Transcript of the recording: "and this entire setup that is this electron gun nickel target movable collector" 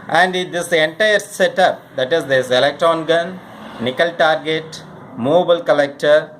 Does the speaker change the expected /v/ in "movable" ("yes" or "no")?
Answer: yes